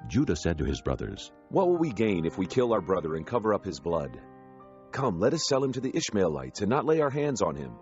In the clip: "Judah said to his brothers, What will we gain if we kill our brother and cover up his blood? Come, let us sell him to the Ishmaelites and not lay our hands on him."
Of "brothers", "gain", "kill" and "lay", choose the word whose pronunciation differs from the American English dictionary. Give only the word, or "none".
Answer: none